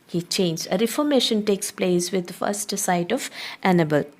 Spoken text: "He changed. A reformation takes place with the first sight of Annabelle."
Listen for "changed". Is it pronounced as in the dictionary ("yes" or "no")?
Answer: no